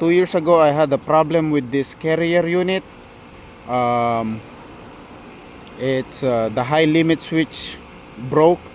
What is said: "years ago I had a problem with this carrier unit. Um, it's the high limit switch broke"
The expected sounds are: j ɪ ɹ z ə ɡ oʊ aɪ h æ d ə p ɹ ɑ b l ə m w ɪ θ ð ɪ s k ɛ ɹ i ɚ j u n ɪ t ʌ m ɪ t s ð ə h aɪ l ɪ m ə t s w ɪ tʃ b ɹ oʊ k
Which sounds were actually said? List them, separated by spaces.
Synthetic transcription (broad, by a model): j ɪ ɹ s ə ɡ oʊ aɪ h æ d ə p ɹ ɑ b l ə m w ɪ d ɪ s k ɛ ɹ i ɚ j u n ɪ t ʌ m ɪ t s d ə h aɪ l ɪ m ə t s w ɪ tʃ b ɹ oʊ k